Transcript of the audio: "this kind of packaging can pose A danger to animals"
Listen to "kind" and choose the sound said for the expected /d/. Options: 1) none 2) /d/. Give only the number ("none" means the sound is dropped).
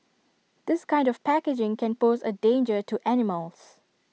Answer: 2